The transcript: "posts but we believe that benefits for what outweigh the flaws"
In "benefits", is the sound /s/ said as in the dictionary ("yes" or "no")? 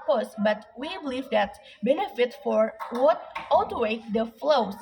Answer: no